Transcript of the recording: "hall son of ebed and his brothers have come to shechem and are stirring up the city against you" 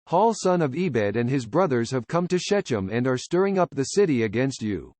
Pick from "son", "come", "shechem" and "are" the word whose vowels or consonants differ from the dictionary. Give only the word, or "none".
none